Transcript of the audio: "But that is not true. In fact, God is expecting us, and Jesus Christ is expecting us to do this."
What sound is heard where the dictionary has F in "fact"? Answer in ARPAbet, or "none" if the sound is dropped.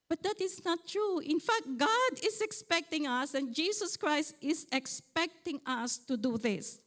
F